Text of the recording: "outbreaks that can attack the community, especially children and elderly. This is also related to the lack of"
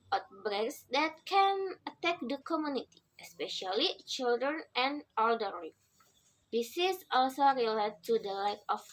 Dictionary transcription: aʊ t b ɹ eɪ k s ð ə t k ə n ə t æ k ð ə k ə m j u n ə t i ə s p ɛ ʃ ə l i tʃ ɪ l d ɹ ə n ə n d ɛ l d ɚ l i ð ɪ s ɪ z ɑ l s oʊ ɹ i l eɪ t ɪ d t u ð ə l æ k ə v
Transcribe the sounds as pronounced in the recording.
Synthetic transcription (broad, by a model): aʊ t b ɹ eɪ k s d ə t k ə n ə t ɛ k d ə k ə m j u n ə t i ə s p ɛ ʃ ə l i tʃ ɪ l d ɹ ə n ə n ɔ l d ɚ i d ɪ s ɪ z ɑ l s oʊ ɹ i l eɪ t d t u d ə l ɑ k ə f